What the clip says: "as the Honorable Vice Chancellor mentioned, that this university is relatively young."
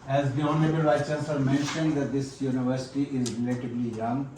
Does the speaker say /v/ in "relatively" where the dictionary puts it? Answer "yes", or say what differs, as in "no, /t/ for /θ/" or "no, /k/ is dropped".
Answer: no, /b/ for /v/